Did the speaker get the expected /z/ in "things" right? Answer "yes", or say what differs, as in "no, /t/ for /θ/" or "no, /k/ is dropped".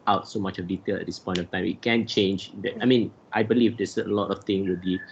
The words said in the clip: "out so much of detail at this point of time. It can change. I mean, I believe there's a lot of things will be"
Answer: no, /z/ is dropped